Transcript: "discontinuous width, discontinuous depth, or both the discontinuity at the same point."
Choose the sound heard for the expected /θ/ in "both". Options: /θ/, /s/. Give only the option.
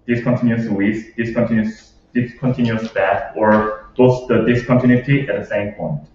/s/